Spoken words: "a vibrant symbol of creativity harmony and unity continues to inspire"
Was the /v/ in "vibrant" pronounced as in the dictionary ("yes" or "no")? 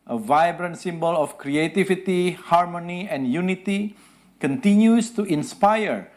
yes